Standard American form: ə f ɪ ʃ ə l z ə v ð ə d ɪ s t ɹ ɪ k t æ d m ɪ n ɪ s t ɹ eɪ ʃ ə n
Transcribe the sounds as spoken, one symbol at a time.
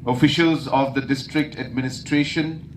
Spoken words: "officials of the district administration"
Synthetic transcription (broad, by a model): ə f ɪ ʃ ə l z ə v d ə d ɪ s t ɹ ɪ k t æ d m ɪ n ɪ s t ɹ eɪ ʃ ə n